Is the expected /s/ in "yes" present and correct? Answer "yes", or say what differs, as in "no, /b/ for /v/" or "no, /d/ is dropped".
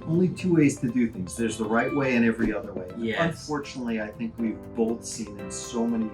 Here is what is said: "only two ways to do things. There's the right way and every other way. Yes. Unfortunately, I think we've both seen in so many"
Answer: no, /s/ is dropped